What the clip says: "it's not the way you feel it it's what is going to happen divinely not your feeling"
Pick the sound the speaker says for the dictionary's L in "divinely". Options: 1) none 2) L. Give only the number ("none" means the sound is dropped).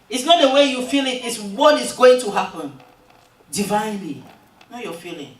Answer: 2